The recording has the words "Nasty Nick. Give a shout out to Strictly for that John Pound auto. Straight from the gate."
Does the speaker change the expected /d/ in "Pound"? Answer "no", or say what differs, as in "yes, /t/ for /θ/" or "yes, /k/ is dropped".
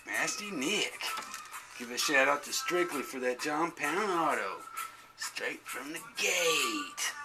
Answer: yes, /d/ is dropped